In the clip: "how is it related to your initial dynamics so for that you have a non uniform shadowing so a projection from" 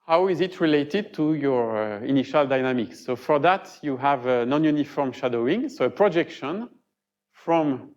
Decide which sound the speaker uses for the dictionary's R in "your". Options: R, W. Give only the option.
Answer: R